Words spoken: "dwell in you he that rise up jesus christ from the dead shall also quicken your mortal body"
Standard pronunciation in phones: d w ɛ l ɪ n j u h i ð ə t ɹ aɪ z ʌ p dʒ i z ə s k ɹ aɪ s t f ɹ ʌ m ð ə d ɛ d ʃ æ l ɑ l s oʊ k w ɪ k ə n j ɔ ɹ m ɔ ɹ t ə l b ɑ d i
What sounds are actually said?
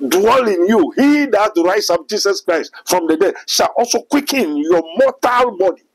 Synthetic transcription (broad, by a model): d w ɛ l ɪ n j u h i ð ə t ɹ aɪ s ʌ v dʒ i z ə s k ɹ aɪ s t f ɹ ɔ m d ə d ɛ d ʃ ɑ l ɑ l s oʊ k w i k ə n j ɔ m ɔ t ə l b ɑ d i